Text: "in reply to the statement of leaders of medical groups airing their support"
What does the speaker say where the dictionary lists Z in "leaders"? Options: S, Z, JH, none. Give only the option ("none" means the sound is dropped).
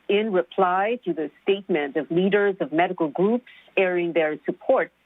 Z